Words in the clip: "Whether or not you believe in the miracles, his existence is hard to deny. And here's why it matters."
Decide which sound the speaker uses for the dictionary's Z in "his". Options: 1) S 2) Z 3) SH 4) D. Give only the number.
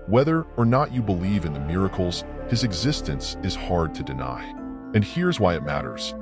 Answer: 2